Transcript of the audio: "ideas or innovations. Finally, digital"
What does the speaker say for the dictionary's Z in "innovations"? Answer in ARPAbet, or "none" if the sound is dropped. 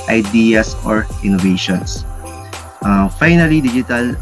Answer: S